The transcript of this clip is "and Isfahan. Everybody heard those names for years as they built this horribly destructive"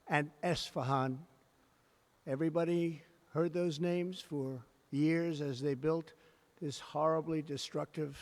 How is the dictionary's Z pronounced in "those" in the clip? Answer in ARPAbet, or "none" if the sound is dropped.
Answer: Z